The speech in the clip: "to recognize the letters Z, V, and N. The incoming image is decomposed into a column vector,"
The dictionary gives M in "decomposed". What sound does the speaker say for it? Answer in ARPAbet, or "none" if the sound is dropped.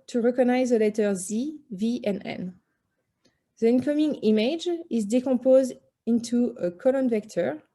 none